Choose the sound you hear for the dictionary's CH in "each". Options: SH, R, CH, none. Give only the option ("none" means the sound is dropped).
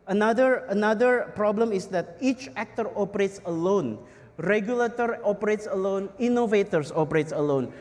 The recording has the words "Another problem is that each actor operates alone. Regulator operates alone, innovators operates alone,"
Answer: CH